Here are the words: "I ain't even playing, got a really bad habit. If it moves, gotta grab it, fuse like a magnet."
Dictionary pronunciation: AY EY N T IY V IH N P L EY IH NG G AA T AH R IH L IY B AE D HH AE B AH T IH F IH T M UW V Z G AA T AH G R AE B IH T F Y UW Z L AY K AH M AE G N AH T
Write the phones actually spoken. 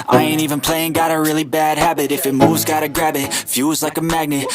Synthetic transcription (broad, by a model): AY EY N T IY V IH N P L EY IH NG G AA T AH R IH L IY B AE D HH AE B AH T IH F IH T M UW V Z G AA T AH G R AE B IH T F Y UW Z L AY K AH M AE G N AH T